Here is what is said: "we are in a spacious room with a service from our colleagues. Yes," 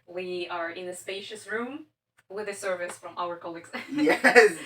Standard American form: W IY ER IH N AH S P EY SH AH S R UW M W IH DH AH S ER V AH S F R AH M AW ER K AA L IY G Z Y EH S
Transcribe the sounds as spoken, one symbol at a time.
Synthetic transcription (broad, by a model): W IY ER IH N AH S P EY SH AH S R UW M W IH DH AH S ER V AH S F R AH M AW ER K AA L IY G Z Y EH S